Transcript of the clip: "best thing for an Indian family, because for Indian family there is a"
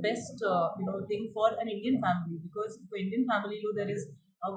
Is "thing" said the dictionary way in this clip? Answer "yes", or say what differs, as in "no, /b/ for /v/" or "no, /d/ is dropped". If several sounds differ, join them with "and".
no, /t/ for /θ/